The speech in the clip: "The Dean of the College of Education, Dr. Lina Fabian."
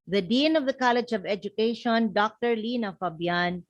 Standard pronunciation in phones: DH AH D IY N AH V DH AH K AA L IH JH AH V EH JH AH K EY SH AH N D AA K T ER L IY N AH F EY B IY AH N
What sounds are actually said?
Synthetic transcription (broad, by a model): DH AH D IY N AH V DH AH K AA L IH JH AH V EH JH AH K EY SH AH N D AA K T ER L IY N AH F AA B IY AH N